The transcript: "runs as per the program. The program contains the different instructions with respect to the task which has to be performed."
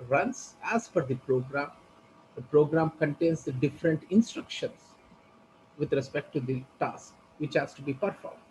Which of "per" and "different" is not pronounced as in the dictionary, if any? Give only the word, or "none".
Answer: per